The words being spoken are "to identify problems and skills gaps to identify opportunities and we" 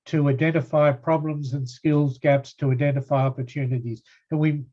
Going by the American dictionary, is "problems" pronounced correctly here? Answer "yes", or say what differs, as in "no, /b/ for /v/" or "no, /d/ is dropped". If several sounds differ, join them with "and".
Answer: yes